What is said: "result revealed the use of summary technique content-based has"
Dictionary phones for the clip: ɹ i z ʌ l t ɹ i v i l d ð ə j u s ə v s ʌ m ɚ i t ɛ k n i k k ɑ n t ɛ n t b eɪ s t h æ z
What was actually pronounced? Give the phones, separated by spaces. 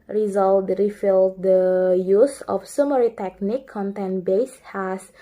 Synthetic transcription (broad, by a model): ɹ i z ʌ l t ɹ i f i l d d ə j u s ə f s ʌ m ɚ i t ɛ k n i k k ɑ n t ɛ n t b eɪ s h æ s